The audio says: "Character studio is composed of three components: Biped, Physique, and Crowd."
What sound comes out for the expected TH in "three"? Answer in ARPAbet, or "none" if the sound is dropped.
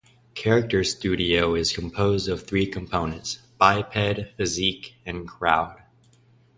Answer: TH